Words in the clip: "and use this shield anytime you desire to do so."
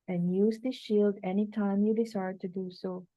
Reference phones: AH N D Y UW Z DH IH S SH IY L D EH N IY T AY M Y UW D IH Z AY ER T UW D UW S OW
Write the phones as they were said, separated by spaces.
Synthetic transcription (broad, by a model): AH N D Y UW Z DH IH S SH IY L D EH N IY T AY M Y UW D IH S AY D T UW D UW S OW